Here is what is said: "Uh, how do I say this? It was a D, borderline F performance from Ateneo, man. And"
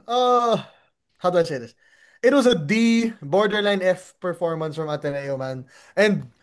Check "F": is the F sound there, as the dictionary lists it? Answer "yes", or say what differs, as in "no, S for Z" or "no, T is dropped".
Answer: yes